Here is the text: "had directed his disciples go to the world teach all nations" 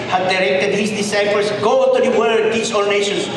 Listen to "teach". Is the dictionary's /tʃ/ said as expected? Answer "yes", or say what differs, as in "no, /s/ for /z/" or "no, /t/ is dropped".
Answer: no, /s/ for /tʃ/